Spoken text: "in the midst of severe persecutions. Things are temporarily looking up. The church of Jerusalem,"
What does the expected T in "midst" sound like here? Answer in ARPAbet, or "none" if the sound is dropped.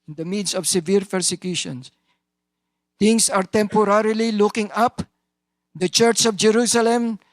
none